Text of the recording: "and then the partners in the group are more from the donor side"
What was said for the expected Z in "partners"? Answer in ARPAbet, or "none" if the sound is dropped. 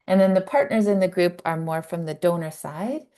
Z